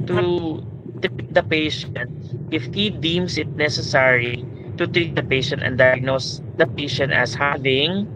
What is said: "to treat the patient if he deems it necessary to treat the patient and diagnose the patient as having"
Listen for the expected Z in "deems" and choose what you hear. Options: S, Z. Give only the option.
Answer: S